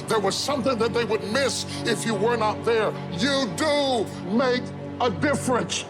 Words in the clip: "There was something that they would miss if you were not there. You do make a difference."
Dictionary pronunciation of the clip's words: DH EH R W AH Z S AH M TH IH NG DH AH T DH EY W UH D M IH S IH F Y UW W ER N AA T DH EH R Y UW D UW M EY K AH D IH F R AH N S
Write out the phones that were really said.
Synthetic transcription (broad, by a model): DH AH R W AH Z S AH M TH IH NG DH AH T DH EY W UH D M IH S IH F Y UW W ER N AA T DH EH R Y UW D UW M EY K AH D IH F R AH N S